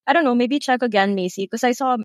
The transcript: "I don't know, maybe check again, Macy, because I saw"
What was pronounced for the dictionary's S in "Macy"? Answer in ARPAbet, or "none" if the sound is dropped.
none